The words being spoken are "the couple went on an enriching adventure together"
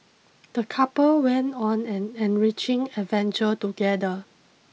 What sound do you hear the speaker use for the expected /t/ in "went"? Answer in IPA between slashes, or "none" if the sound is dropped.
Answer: /t/